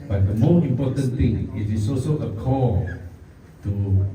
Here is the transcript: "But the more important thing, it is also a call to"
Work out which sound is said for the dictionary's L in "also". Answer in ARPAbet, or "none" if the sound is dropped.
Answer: none